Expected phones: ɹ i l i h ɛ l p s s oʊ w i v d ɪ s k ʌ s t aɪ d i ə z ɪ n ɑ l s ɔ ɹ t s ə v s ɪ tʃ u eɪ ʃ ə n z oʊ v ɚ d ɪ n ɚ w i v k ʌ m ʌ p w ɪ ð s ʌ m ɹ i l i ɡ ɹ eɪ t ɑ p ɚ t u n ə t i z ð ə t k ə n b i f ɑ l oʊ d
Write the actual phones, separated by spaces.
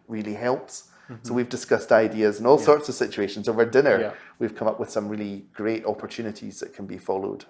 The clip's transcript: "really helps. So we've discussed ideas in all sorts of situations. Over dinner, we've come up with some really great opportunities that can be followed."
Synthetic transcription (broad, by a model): ɹ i l i h ɛ l p s s oʊ w i v d ɪ s k ʌ s t aɪ d i ə z ɪ n ɑ l s ɔ ɹ t s ə v s ɪ tʃ u eɪ ʃ ə n z oʊ v ɚ d ɪ n ɚ w i v k ʌ m ʌ p w ɪ ð s ʌ m ɹ i l i ɡ ɹ eɪ t ɑ p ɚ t u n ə t i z ð ə t k ə n b i f ɑ l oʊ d